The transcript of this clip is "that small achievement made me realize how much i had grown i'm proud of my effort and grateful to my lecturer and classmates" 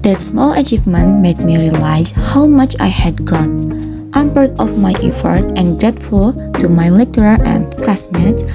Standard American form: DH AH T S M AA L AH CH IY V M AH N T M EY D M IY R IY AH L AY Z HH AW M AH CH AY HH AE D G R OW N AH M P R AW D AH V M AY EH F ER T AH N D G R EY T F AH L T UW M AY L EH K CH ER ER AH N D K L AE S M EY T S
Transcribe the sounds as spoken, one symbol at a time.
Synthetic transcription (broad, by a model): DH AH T S M AA L AH CH IY V M AH N T M EY D M IY R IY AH L AY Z HH AW M AH CH AY HH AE D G R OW N AH M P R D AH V M AY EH F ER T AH N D G R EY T F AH L T UW M AY L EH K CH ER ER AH N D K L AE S M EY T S